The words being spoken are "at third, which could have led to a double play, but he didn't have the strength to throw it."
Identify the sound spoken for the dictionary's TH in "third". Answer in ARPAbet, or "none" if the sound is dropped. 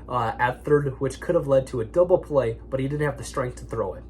TH